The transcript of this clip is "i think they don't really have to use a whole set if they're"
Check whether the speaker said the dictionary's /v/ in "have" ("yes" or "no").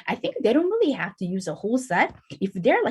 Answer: no